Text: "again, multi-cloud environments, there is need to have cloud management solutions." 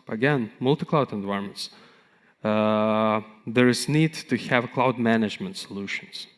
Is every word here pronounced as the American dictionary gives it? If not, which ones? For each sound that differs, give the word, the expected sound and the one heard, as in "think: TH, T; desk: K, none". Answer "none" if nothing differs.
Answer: environments: R, none